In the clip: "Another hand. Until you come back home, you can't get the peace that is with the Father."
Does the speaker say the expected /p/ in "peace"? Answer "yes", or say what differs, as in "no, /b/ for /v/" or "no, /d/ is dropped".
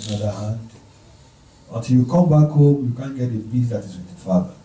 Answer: no, /b/ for /p/